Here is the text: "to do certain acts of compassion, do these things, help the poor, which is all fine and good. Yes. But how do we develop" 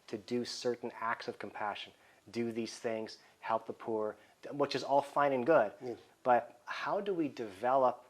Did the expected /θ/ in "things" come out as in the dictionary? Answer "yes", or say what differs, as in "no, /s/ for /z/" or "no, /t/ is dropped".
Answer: yes